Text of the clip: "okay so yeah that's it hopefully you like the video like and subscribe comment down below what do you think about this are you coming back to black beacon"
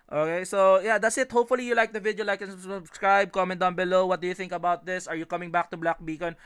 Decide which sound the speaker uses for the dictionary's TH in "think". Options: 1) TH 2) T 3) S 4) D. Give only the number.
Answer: 1